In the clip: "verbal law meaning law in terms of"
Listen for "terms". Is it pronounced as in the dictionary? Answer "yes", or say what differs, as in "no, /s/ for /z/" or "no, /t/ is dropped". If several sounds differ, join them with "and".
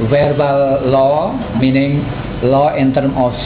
no, /z/ is dropped